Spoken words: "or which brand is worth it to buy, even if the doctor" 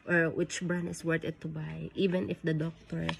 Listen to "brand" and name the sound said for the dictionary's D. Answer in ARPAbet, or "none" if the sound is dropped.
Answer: none